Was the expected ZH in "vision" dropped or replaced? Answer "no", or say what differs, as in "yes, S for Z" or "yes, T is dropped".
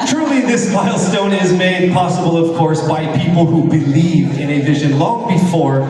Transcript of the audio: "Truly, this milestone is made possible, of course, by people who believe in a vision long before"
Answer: no